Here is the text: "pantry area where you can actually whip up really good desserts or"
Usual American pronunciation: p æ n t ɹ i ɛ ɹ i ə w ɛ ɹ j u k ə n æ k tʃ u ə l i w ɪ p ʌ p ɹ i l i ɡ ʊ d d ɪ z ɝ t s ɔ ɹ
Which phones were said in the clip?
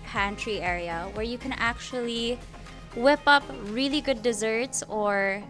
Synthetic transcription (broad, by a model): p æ n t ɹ i ɛ ɹ i ə w ɛ ɹ j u k ə n æ k tʃ u ə l i w ɪ p ʌ p ɹ i l i ɡ ʊ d d ɪ z ɝ t s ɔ ɹ